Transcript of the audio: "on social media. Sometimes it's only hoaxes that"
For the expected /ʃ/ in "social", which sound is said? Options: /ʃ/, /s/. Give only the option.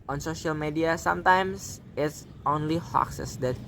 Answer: /ʃ/